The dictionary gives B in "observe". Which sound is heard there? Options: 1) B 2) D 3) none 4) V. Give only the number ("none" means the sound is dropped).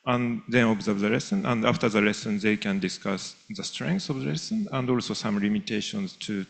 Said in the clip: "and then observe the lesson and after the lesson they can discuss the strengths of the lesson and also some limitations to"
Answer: 1